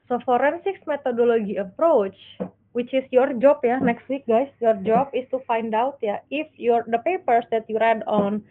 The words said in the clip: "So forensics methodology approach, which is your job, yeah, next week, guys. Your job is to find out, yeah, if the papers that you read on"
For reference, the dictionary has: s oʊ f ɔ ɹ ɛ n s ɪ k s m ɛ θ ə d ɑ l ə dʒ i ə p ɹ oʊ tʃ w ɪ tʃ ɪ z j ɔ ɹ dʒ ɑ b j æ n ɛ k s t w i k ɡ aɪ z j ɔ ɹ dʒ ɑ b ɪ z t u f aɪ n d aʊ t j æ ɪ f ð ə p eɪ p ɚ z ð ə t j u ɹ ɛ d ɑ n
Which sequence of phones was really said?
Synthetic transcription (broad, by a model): s oʊ f ɔ ɹ ɛ n s ɪ k s m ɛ t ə d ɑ l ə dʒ i ə p ɹ oʊ tʃ w ɪ tʃ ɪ s j ɔ ɹ dʒ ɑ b j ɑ n ɛ k s t w i k ɡ aɪ s j ɔ ɹ dʒ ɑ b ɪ s t u f aɪ n d aʊ t j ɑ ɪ f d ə p eɪ p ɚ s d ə t j u ɹ ɛ d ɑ n